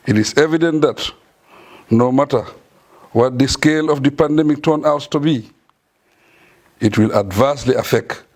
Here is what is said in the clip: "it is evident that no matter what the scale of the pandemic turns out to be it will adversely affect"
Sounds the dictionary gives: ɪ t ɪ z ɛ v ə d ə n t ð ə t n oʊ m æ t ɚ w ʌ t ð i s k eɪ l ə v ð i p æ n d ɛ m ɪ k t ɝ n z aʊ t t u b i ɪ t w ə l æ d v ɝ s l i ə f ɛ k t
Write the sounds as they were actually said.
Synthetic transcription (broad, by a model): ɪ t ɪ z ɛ v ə d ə n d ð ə t n oʊ m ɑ t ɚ w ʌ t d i s k eɪ l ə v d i p æ n d ɛ m ɪ k t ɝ n aʊ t t u b i ɪ t w ə l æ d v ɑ s l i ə f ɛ k t